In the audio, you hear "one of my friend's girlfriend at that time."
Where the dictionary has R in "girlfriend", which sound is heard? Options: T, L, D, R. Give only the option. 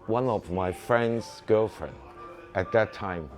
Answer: R